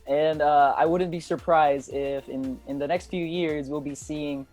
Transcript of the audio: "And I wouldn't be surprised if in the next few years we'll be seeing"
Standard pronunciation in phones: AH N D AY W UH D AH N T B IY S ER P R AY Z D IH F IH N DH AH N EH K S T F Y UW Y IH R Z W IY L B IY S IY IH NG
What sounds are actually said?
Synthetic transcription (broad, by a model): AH N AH AY W UH D N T B IY S ER P R AY Z D IH F IH N DH AH N EH K S T F Y UW Y IH R Z W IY L B IY S IY IH NG